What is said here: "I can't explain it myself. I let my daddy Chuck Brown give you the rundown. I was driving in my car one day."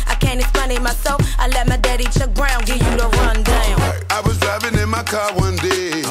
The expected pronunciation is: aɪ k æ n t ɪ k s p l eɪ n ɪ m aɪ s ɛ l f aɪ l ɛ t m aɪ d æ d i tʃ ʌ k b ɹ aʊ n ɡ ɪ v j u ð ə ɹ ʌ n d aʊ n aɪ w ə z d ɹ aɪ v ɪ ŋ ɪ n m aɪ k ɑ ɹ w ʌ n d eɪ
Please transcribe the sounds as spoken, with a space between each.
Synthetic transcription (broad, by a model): aɪ k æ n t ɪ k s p eɪ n ɪ m aɪ s ɛ l f aɪ l ɛ t m aɪ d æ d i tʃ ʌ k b ɹ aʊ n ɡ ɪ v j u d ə ɹ ʌ n d aʊ n aɪ w ə z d ɹ aɪ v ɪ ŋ ɪ n m aɪ k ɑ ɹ w ʌ n d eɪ